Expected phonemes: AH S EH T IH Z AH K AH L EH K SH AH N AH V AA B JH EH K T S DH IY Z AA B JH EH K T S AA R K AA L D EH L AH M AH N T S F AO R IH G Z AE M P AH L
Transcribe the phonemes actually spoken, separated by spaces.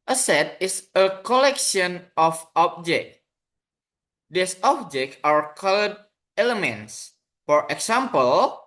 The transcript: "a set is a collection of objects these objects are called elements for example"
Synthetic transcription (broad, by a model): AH S EH T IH S AH K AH L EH K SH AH N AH F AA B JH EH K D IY S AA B JH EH K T AA R K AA L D EH L AH M AH N T S F AO R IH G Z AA M P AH L